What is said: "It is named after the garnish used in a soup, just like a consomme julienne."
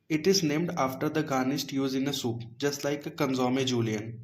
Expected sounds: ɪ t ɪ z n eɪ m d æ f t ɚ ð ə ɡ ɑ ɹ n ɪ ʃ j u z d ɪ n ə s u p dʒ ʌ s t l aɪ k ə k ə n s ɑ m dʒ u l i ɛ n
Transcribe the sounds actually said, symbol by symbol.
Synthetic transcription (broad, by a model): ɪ t ɪ z n eɪ m d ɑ f t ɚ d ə ɡ ɑ n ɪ s j u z ɪ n ə s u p dʒ ʌ s t l aɪ k ə k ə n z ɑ m dʒ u l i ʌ n